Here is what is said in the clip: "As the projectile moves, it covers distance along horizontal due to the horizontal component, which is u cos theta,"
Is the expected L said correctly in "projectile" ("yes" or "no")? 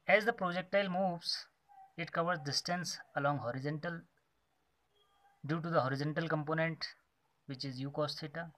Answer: yes